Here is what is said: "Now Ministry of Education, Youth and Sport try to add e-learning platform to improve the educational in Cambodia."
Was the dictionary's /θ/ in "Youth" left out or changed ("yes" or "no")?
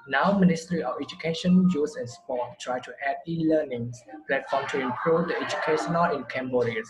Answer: yes